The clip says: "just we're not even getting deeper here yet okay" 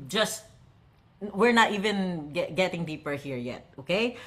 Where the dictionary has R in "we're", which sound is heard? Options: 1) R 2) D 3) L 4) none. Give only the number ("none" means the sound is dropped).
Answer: 1